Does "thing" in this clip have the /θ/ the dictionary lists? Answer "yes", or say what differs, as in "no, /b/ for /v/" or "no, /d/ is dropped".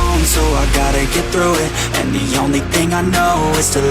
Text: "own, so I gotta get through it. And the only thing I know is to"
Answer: yes